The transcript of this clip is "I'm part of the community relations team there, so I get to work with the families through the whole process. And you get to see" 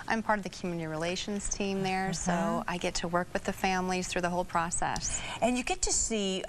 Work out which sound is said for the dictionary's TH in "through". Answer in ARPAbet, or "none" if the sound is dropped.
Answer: TH